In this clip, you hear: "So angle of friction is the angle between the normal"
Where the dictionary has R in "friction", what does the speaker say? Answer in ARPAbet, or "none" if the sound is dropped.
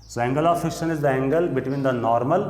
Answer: none